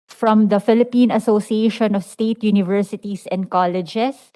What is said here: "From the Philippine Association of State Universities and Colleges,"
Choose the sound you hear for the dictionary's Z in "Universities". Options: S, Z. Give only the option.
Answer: S